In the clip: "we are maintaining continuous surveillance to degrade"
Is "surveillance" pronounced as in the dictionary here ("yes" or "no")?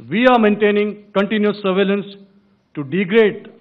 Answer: yes